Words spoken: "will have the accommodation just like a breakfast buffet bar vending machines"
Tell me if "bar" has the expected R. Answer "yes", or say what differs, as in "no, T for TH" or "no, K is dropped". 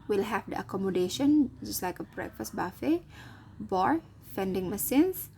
yes